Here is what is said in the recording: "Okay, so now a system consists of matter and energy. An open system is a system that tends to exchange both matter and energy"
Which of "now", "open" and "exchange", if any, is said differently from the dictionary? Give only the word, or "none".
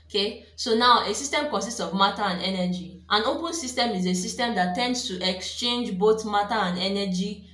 none